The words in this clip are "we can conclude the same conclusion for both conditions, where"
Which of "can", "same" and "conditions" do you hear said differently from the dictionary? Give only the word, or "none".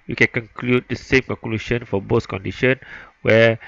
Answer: conditions